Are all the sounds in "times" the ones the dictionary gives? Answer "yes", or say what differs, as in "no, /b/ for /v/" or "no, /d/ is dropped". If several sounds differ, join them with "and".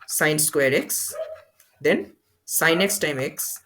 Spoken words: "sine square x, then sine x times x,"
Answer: no, /z/ is dropped